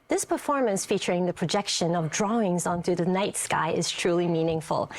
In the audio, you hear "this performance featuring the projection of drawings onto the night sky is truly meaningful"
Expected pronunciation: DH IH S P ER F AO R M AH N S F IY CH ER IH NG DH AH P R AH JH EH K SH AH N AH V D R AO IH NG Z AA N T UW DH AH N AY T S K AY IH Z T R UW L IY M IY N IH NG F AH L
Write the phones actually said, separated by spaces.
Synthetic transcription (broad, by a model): DH IH S P ER F AO R M AH N S F IY CH ER IH NG DH AH P R AH JH EH K SH AH N AH V D R AO IH NG Z AA N T UW DH AH N AY T S K AY IH Z T R UW L IY M IY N IH NG F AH L